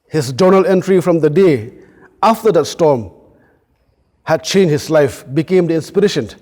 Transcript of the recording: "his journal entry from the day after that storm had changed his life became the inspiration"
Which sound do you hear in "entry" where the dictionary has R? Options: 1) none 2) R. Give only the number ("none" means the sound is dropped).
2